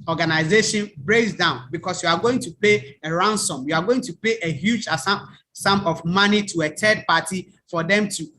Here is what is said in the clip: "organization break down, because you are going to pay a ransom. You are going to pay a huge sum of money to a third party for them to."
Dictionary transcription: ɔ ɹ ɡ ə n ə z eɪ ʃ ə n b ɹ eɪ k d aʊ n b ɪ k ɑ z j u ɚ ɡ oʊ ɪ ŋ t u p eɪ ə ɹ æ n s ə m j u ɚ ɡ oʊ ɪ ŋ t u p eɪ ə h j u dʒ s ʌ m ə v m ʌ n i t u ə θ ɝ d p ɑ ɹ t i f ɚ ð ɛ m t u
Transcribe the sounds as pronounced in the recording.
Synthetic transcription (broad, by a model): ɔ ɡ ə n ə z eɪ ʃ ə n b ɹ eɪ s d aʊ n b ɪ k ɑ s j u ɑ ɡ oʊ ɪ ŋ t u p eɪ ə ɹ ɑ n s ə m j u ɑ ɡ oʊ ɪ ŋ t u p eɪ ə h j u dʒ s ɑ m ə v m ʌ n i t u ə t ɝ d p ɑ t i f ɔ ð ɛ m t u